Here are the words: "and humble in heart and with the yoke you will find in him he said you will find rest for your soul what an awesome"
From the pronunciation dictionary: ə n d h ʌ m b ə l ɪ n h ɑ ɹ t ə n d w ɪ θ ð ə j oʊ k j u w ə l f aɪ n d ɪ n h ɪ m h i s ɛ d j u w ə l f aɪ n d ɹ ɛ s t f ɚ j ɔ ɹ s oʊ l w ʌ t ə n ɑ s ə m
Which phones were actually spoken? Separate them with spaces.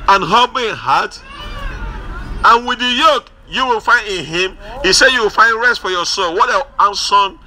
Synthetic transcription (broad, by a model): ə n h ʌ b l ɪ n h ɑ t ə n w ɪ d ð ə j oʊ k j u w ə l f aɪ n d ɪ n h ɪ m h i s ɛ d j u w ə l f aɪ n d ɹ ɛ s t f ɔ j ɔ s oʊ l w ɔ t ə n s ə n